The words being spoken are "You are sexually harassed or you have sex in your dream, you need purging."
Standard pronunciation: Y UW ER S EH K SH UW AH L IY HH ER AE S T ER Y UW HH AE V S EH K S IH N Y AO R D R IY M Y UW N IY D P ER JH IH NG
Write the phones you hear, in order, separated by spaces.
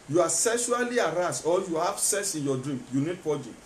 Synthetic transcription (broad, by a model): Y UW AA S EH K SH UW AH L IY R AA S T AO Y UW HH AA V S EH S IH N Y AO D R IY M Y UW N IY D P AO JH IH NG